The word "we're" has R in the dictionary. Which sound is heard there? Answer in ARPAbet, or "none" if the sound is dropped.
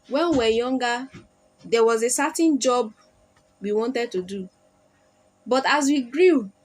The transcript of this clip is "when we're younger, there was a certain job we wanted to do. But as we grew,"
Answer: W